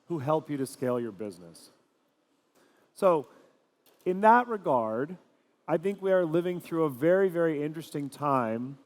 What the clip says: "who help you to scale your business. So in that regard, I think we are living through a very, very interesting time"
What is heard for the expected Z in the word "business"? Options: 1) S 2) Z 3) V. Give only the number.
2